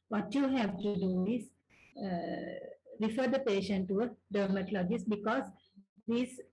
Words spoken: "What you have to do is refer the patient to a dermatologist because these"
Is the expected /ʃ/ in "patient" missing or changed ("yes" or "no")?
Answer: no